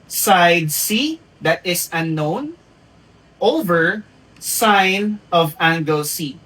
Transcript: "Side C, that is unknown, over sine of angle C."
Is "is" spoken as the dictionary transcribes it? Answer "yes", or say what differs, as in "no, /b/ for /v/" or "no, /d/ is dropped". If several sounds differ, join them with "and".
no, /s/ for /z/